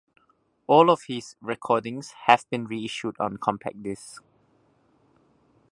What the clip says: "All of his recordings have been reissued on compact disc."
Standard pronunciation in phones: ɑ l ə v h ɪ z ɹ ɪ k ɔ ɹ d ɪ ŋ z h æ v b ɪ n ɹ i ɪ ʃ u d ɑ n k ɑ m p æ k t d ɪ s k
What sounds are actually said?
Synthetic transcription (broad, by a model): ɑ l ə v h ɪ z ɹ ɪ k ɔ d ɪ ŋ s h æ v b ɪ n ɹ i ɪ ʃ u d ɑ n k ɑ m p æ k d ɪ s